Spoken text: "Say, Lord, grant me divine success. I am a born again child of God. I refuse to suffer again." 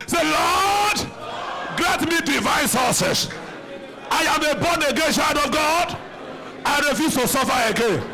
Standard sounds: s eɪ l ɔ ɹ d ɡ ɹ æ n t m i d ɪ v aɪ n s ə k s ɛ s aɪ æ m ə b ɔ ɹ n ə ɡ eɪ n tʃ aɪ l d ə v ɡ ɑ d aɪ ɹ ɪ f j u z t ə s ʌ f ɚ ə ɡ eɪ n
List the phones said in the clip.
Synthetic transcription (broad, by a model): s eɪ l ɔ d ɡ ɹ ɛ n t m i d ɪ v aɪ n s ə s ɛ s aɪ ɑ m ə b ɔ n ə ɡ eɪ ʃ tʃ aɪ d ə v ɡ ɑ d aɪ ɹ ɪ f j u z t ə s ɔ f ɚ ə ɡ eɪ n